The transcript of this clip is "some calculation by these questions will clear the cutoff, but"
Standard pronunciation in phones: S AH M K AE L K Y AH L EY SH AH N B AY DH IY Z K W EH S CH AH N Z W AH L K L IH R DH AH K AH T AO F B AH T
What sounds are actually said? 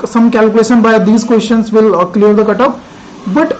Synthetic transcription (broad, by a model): S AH M K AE L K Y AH L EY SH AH N B AY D IY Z K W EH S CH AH N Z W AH L K L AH R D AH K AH T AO P B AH T